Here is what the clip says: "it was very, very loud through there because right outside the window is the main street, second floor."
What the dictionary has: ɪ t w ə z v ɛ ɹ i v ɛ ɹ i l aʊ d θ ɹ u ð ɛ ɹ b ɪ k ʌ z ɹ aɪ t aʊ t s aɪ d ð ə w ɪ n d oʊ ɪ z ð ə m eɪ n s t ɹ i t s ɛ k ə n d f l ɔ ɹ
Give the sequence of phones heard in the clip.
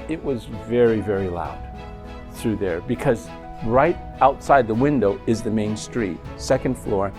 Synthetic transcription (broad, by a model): ɪ t w ə z v ɛ ɹ i v ɛ ɹ i l aʊ d θ ɹ u ð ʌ ɹ b ɪ k ʌ z ɹ aɪ t aʊ t s aɪ d ð ə w ɪ n d oʊ ɪ z ð ə m eɪ n s t ɹ i t s ɛ k ə n d f l ɔ ɹ